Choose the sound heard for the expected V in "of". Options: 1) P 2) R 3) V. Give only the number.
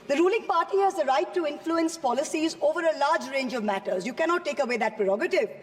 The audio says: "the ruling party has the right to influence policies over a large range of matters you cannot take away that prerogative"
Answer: 3